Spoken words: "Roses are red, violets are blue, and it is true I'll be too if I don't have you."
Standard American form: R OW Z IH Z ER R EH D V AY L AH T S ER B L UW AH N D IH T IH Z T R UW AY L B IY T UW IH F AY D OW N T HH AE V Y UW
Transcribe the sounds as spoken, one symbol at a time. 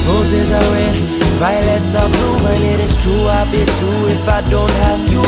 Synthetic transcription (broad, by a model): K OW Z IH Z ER W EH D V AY L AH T S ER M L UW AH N IH T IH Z T R UW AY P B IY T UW IH F AY D OW N T HH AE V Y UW